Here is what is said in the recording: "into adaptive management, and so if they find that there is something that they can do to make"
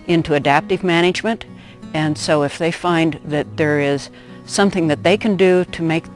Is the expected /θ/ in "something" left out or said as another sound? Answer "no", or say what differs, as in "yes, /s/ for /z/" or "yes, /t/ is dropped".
no